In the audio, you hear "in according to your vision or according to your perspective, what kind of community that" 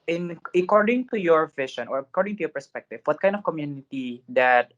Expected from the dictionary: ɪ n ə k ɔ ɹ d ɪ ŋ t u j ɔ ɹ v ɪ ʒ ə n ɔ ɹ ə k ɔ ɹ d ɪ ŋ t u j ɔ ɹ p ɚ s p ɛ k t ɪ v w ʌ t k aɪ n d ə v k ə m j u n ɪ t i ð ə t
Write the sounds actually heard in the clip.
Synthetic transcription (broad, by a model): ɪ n ə k ɔ ɹ d ɪ ŋ t u j ɔ ɹ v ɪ ʃ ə n ɔ ɹ ə k ɔ ɹ d ɪ ŋ t u j ɔ ɹ p ɚ s p ɛ k t ɪ v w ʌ t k aɪ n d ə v k ə m j u n ɪ t i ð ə t